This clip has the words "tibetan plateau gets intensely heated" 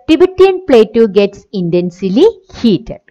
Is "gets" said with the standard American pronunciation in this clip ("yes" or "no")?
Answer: yes